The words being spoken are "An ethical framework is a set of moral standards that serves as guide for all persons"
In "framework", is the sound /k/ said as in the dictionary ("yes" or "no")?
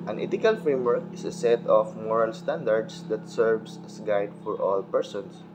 yes